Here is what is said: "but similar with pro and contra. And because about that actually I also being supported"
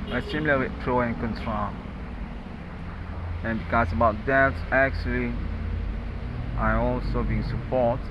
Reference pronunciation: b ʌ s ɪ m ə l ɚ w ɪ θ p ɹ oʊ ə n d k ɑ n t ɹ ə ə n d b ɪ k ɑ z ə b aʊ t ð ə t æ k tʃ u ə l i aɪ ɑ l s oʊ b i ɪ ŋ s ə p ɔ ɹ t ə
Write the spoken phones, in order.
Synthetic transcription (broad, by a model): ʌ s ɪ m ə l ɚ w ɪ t ɹ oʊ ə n k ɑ n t ɹ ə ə n b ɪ k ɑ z ə b aʊ t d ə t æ k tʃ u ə l i aɪ ɑ l s oʊ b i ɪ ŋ s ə p ɔ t